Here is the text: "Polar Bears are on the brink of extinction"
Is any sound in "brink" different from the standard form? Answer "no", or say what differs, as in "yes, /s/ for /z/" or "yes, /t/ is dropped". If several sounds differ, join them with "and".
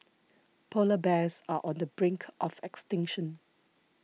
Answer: no